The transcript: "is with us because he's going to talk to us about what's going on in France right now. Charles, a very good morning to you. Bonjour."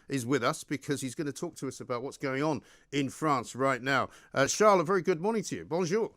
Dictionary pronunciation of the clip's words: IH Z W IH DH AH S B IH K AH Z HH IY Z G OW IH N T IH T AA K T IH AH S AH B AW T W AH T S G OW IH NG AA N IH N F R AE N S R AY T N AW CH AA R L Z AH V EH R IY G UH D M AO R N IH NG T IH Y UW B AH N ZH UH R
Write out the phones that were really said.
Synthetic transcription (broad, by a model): IH Z W IH DH AH S B IH K AH Z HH IY Z G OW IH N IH T AA K T IH AH S AH B AW T W AH T S G OW IH NG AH N IH N F R AE N S R AY T N AW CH AA R L AH V EH R IY G UH D M AO R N IH NG T IH Y UW B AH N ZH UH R